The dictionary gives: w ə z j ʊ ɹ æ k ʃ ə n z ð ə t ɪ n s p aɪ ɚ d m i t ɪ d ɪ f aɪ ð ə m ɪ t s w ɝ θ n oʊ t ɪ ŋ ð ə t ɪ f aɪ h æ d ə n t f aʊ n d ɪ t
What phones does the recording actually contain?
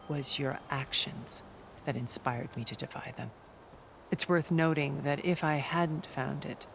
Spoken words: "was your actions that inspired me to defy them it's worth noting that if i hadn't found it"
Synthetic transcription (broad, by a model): w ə z j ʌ ɹ æ k ʃ ə n z ð ə t ɪ n s p aɪ ɚ d m i t ɪ d ɪ f aɪ ð ə m ɪ t s w ɝ θ n oʊ t ɪ ŋ ð ə t ɪ f aɪ h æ d n t f aʊ n d ɪ t